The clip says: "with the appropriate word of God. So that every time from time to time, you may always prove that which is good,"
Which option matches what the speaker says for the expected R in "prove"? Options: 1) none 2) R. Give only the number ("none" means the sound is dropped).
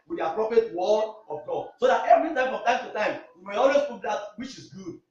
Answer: 1